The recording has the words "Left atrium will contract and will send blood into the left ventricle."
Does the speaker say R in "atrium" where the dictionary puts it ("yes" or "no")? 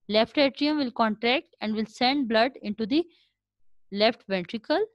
yes